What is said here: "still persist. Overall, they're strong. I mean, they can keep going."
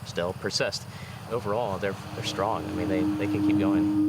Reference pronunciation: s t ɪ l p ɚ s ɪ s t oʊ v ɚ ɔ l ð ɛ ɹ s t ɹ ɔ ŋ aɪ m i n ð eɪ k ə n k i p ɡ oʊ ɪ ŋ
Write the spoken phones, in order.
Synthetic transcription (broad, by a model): s t ɪ l p ɚ s ɪ s t oʊ v ɚ ɔ l ð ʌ ɹ s t ɹ ɔ ŋ aɪ m i n ð eɪ k ə n k i p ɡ oʊ ɪ ŋ